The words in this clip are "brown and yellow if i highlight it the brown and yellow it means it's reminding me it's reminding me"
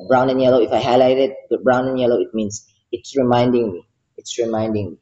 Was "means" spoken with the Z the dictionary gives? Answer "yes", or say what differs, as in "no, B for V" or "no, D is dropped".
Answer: no, S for Z